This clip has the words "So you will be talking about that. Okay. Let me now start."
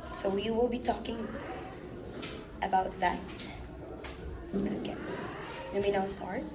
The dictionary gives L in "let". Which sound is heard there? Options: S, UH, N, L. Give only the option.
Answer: N